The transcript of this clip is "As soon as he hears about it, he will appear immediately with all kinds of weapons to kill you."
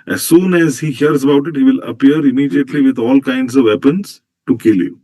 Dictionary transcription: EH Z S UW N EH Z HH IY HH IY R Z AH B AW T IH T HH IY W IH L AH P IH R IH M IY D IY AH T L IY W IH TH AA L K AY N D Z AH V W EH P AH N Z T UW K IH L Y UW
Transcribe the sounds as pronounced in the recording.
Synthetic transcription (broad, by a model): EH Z S UW N EH Z HH IY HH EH R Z AH B AW T IH T HH IY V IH L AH P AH R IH M IY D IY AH T L IY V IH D AA L K AY N D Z AH V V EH P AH N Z T UW K IH L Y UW